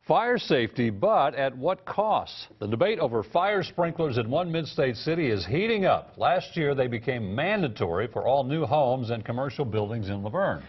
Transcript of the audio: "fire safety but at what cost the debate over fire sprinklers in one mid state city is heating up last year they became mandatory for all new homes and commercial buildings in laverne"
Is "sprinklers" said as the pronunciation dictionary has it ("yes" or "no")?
yes